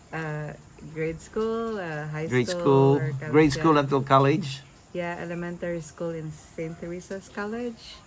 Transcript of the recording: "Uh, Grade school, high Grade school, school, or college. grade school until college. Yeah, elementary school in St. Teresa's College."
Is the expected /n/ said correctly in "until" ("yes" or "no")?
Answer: no